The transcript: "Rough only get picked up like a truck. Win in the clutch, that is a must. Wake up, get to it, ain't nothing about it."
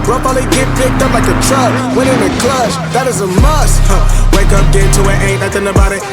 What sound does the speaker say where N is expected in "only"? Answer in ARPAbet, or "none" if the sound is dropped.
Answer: none